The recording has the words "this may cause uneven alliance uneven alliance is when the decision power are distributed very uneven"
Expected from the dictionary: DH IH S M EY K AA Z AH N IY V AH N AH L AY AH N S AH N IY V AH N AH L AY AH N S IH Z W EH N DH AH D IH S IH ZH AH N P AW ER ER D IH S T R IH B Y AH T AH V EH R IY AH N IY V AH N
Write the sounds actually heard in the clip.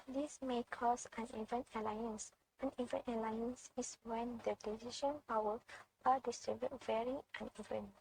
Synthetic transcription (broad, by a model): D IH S M EY K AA S AH N IY V AH N AH L AY AH N S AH N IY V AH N AH L AY AH N S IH S W EH N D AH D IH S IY SH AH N P AW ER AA D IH S T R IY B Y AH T V EH R IY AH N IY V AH N